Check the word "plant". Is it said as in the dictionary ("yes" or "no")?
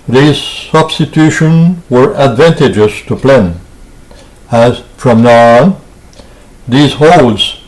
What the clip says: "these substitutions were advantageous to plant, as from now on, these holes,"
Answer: no